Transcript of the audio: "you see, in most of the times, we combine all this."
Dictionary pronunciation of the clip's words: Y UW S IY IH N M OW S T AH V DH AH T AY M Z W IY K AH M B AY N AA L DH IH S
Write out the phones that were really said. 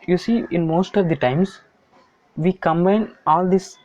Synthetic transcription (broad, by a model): Y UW S IY IH N M OW S T AH V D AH T AY M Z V IY K AH M B AY N AA L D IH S